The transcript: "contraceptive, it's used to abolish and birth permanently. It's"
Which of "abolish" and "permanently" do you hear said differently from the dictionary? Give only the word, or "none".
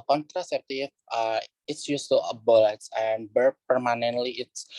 abolish